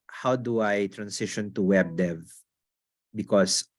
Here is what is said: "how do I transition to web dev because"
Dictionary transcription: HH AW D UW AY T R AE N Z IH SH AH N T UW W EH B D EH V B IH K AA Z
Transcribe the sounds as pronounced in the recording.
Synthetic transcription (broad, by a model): HH AW D UW AY T R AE N S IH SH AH N T UW W EH B D EH V B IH K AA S